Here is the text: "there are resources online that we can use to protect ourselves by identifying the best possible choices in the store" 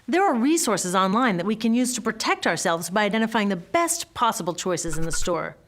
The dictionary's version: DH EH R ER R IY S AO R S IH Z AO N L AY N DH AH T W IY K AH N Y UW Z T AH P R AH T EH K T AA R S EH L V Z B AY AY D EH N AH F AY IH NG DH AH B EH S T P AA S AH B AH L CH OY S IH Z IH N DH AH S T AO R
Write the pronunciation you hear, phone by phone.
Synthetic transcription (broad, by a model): DH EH R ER R IY S AO R S IH Z AO N L AY N DH AH T W IY K AH N Y UW Z T AH P R AH T EH K T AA R S EH L V Z B AY AY D EH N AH F AY IH NG DH AH B EH S T P AA S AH B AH L CH OY S IH Z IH N DH AH S T AO R